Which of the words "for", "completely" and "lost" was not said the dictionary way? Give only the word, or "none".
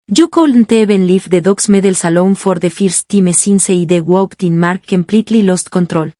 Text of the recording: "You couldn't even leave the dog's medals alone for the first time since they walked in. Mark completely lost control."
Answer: none